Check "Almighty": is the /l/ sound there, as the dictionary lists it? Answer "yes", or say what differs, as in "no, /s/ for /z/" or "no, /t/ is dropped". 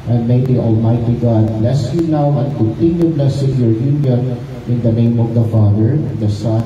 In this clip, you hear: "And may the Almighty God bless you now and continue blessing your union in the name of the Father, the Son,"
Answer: yes